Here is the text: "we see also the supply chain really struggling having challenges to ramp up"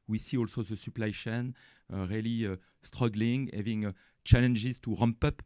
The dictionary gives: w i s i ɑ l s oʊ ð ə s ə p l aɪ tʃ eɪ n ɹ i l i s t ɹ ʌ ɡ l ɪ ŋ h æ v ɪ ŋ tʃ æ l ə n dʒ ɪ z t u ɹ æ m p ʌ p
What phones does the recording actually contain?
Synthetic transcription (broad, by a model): w i s i ɑ l s oʊ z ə s ə p l aɪ ʃ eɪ n ɹ i l i s t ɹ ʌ ɡ l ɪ ŋ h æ v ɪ ŋ tʃ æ l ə n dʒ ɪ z t u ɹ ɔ m p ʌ p